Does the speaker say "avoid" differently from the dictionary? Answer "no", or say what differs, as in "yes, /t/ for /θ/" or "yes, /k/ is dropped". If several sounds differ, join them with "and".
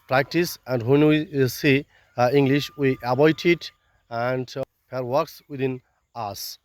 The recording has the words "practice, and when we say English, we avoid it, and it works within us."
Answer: yes, /b/ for /v/